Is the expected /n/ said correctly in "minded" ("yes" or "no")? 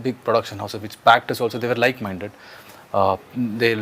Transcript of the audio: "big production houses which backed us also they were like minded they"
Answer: yes